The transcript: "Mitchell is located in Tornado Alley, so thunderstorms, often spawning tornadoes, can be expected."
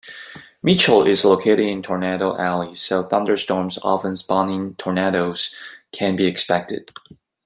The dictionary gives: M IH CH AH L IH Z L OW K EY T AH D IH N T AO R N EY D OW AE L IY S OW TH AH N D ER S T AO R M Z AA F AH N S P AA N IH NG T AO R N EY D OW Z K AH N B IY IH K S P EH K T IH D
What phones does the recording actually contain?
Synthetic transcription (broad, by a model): M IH CH L IH Z L OW K EY T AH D IH N T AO R N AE D OW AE L IY S OW TH AH N D ER S T AO R M Z AA F AH N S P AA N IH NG T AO R N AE D OW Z K AH N B IY IH K S P EH K T IH D